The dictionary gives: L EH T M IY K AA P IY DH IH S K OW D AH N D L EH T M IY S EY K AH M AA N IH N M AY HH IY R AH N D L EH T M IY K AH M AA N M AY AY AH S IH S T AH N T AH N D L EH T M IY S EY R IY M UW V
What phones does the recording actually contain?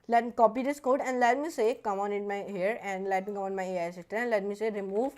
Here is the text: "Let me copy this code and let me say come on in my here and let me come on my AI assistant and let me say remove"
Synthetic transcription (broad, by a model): L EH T M IY K AA P IY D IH S K OW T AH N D L EH T M IY S EY K AH M AA N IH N M AY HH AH R AH N D L EH T M IY K AH M AA N M AY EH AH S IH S T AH T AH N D L EH T M IY S EY R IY M UW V